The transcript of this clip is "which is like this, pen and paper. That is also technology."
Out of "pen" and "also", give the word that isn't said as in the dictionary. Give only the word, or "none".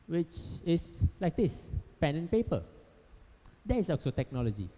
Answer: also